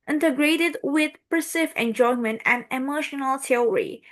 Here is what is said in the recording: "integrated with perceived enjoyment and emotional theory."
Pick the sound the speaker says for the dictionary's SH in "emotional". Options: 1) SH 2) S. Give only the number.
1